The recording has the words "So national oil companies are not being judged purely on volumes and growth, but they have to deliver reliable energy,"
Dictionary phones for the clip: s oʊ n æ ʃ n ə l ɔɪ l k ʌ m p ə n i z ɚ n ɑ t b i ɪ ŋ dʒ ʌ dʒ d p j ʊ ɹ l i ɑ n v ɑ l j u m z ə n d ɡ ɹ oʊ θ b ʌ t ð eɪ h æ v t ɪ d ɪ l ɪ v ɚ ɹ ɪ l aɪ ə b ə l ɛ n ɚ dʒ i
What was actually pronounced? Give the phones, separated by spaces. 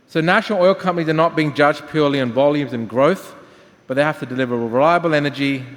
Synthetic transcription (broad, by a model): s oʊ n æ ʃ n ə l ɔɪ l k ʌ m p ə n i z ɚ n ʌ t b i ɪ ŋ dʒ ʌ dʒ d p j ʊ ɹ l i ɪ n v ɑ l j u m z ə n ɡ ɹ oʊ θ b ʌ t ð eɪ h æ f t ɪ d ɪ l ɪ v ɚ ɹ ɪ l aɪ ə b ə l ɛ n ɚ dʒ i